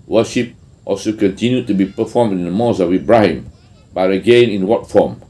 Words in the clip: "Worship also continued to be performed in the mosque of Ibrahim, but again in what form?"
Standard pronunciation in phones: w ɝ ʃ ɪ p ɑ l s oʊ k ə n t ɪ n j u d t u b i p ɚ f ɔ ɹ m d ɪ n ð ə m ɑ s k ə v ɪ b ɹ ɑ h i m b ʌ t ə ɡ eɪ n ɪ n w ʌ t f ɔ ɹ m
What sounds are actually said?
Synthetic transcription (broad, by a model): w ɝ ʃ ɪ p ɑ l s oʊ k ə n t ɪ n j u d t u b i p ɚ f ɔ m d ɪ n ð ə m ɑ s ə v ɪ b ɹ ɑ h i m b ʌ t ə ɡ eɪ n ɪ n w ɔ t f ɔ m